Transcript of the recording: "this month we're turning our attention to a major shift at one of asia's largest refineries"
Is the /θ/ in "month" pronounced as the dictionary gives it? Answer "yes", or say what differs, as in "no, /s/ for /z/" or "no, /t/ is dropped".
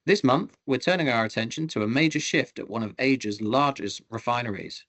yes